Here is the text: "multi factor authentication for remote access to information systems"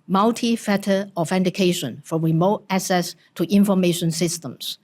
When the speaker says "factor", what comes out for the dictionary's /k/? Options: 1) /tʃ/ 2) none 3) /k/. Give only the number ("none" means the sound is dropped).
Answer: 2